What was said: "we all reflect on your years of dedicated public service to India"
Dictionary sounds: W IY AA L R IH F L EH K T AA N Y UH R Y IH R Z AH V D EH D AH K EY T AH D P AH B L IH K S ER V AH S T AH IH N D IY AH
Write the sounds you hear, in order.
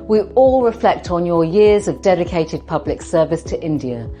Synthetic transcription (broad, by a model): W IY AA L R IH F L EH K T N Y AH Y IH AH Z AH V D EH D AH K EY T AH D P AH B L IH K S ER V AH S T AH IH N D IY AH